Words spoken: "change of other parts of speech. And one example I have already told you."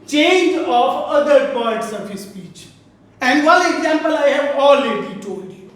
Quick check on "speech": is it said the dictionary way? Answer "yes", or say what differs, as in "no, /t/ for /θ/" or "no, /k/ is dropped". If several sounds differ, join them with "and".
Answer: yes